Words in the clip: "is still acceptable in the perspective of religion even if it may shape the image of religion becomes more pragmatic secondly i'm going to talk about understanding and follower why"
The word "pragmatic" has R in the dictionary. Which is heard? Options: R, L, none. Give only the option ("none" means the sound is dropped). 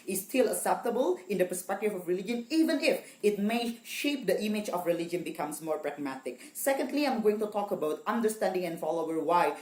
R